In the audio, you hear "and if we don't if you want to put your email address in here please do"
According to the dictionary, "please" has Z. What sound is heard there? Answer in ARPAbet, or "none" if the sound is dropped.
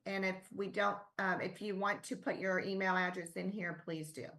Z